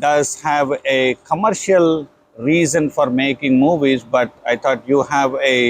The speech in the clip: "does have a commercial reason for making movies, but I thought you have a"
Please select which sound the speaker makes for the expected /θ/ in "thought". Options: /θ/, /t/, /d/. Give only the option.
/t/